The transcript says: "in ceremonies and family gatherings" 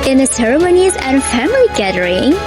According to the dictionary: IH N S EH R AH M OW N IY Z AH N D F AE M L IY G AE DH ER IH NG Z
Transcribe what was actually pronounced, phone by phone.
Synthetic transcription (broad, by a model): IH N S EH R AH M OW N IY Z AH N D F AE M L IY G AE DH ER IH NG